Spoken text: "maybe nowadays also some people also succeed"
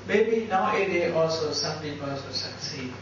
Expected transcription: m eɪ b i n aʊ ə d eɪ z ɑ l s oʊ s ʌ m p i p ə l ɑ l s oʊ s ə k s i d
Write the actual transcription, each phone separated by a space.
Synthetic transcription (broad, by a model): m eɪ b i n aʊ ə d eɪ ɑ l s oʊ s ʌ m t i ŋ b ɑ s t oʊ s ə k s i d